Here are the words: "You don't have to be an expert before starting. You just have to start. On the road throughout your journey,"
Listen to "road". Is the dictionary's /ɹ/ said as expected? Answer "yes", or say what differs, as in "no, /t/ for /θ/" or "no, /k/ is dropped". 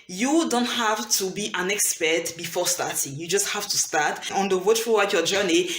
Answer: no, /w/ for /ɹ/